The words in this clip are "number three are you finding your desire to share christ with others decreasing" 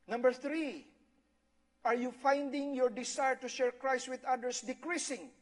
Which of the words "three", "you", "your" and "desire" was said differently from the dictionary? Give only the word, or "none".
desire